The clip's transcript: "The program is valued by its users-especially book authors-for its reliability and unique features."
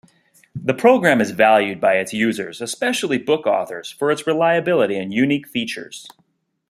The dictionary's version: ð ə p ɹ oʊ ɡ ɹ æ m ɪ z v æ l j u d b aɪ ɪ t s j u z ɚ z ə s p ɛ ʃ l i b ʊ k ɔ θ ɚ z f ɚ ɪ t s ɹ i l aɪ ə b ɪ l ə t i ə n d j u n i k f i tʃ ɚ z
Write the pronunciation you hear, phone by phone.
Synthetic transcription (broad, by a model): ð ə p ɹ oʊ ɡ ɹ æ m ɪ z v æ l j u d b aɪ ɪ t s j u z ɚ z ə s p ɛ ʃ l i b ʊ k ɔ θ ɚ z f ɚ ɪ t s ɹ i l aɪ ə b ɪ l ə t i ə n j u n i k f i tʃ ɚ z